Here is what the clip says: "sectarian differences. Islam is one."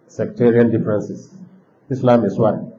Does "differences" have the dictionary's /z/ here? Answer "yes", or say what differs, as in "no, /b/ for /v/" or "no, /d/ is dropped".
no, /s/ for /z/